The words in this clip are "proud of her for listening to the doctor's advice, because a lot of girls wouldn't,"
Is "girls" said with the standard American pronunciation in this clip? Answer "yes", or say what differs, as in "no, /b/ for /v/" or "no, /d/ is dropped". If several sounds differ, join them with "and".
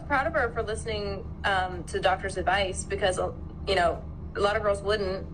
yes